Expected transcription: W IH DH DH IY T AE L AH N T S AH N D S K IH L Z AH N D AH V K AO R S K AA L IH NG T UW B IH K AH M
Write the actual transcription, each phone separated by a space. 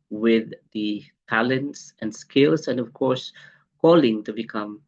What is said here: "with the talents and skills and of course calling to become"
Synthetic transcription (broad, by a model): W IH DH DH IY T AE L AH N T S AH N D S K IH L S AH N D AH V K AO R S K AA L IH NG T UW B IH K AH M